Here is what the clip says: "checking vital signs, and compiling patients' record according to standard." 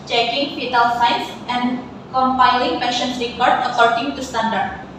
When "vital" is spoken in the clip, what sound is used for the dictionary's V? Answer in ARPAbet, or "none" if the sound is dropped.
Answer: F